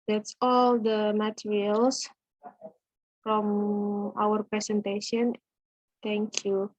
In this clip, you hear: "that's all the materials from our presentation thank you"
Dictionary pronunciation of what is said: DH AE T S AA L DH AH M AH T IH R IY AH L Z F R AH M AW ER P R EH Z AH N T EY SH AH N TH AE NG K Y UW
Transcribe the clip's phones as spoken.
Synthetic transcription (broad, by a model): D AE T S AA L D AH M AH T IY R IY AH L S F R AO M AW ER P R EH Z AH N T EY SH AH N T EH NG K Y UW